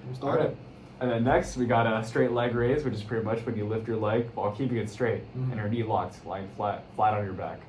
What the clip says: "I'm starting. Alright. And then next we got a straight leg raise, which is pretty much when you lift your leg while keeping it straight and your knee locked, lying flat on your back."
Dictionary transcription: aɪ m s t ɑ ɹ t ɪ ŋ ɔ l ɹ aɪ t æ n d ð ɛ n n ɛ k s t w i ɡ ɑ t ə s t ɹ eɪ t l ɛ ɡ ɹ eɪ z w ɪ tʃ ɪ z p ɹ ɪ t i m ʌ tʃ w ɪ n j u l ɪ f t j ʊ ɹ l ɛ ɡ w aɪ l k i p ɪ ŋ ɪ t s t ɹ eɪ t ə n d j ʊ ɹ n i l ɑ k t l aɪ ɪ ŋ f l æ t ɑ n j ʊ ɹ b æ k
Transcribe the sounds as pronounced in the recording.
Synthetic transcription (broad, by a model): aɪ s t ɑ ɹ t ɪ n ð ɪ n n ɛ k s t w i ɡ ɑ t ə s t ɹ eɪ t l ɛ ɡ ɹ eɪ z w ɪ tʃ ɪ z p ɹ ɪ t i m ʌ tʃ w ɪ n j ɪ l ɪ f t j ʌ ɹ l ɛ ɡ w aɪ l k i p ɪ ŋ ɪ t s t ɹ eɪ t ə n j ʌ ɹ n i l ɑ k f l aɪ ɪ ŋ f l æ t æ n j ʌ ɹ b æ k